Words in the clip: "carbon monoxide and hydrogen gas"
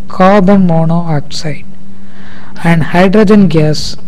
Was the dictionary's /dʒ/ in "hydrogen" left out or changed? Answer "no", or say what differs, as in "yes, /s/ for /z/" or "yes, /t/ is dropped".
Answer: no